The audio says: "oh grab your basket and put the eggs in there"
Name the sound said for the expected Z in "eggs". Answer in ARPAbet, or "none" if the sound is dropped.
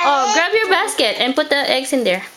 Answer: S